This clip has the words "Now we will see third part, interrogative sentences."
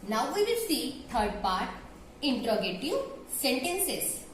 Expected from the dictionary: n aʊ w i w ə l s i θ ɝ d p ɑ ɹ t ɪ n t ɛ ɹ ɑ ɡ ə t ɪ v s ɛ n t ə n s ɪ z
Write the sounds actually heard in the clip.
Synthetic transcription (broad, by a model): n aʊ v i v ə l s i t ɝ d p ɑ ɹ t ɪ n t ɹ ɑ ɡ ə t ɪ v s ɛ n t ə n s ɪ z